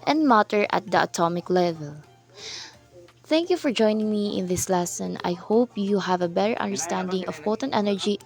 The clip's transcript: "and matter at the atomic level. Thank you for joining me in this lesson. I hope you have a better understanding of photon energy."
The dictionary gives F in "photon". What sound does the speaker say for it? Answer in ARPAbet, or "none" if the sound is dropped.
P